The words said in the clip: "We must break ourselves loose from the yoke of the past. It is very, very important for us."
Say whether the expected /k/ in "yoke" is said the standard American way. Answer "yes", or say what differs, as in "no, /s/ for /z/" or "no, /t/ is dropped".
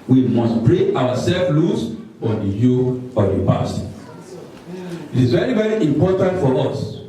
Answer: no, /k/ is dropped